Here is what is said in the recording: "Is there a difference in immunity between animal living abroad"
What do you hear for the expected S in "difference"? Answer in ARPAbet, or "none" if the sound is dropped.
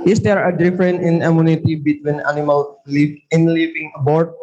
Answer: none